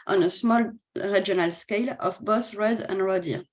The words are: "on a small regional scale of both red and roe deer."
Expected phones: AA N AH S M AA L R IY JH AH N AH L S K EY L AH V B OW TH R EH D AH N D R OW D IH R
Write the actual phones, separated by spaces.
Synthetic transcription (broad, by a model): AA N AH S M AA L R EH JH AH N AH L S K EY L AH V B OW S R EH D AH N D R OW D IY